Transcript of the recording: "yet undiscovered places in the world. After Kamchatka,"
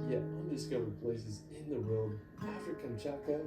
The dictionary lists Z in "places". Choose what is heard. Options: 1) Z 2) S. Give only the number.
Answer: 1